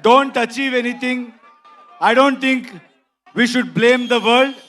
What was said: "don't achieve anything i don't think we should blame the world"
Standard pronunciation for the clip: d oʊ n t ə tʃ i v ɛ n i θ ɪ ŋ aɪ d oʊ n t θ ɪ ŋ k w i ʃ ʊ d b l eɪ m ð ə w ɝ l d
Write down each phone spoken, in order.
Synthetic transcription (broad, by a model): d oʊ n t ə tʃ i v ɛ n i t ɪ ŋ aɪ d oʊ n t t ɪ ŋ k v i ʃ ʊ d b l eɪ m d ə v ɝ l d